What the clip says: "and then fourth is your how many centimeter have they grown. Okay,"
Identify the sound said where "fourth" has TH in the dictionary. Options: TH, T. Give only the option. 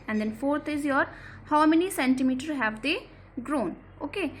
T